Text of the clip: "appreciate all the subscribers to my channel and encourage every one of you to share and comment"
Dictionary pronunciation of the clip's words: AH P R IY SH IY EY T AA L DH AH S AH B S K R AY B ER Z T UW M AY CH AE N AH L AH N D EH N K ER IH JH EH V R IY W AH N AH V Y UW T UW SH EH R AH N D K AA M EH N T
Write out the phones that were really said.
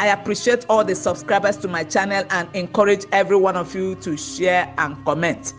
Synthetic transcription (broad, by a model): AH P R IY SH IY EY T AA L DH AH S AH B S K R AY B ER S T UW M AY CH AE N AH L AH N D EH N K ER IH JH EH V R IY W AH N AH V Y UW T UW SH EH R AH N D K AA M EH N T